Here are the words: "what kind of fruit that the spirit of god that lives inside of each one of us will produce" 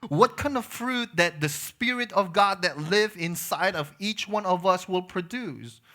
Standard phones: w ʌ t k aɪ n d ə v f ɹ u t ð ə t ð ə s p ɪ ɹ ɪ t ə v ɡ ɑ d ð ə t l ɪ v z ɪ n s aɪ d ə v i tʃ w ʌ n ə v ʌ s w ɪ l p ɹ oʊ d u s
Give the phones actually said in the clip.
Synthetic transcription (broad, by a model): w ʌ t k aɪ n d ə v f ɹ u t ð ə t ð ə s p ɪ ɹ ɪ t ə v ɡ ɑ d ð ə t l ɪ v ɪ n s aɪ d ə v i tʃ w ʌ n ə v ʌ s w ɪ l p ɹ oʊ d u s